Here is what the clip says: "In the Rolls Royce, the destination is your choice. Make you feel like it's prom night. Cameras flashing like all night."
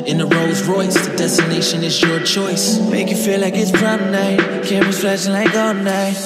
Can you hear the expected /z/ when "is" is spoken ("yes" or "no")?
yes